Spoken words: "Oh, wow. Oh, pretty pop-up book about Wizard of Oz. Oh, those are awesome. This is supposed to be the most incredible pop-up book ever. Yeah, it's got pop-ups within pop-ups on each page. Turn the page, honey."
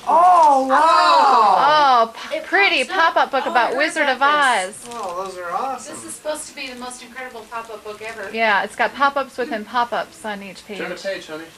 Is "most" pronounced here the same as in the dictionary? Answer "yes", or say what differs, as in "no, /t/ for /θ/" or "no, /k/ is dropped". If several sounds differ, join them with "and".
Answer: yes